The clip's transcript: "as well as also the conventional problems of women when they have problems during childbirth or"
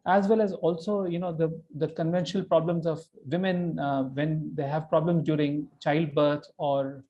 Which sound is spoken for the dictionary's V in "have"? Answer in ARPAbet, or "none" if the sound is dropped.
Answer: V